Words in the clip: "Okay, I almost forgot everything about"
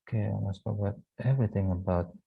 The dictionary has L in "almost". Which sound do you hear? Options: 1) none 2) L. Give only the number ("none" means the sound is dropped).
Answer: 1